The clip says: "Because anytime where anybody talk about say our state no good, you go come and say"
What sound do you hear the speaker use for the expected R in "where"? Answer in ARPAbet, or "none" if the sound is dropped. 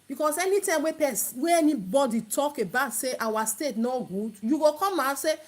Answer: W